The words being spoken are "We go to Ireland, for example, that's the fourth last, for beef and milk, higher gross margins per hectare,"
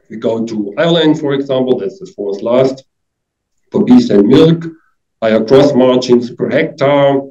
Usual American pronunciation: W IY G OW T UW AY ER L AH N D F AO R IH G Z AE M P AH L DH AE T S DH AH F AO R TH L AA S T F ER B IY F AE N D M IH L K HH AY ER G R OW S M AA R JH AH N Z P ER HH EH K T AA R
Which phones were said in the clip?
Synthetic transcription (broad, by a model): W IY G OW T UW AY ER L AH N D F AO R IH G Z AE M P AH L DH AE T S DH AH F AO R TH L AA S T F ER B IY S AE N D M IH L K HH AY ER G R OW S M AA R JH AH N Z P ER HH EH K T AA